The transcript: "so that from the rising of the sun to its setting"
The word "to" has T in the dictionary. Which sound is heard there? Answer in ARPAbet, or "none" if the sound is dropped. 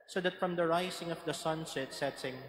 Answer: S